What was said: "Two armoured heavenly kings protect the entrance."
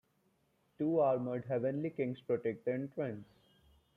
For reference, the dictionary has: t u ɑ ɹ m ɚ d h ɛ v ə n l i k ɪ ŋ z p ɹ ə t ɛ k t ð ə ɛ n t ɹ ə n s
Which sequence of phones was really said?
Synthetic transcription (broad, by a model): t u ɑ ɹ m ɚ d h ɛ v ə n l i k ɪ ŋ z p ɹ ə t ɛ k t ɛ n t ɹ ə n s